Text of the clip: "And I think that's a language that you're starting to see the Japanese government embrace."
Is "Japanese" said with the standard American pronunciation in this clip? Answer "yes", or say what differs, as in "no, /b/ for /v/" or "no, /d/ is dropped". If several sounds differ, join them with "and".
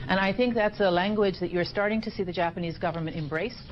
yes